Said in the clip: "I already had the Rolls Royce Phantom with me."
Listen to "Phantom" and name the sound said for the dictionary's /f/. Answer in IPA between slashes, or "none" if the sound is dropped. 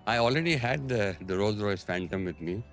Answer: /f/